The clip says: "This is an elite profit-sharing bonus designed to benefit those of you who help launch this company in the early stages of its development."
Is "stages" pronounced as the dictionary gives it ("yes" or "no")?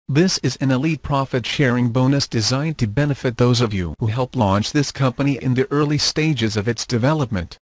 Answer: yes